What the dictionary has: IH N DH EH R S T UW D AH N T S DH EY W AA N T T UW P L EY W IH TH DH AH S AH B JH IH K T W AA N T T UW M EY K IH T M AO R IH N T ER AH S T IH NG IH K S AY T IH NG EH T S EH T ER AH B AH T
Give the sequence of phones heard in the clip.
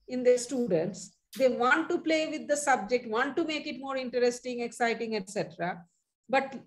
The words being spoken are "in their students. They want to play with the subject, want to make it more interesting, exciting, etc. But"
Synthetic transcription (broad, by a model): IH N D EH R S T UW D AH N T S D EY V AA N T T UW P L EY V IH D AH S AH B JH IH K T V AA N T T UW M EY K IH T M AO R IH N T ER AH S T IH NG IH K S AY T IH NG EH T S EH T ER AH B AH T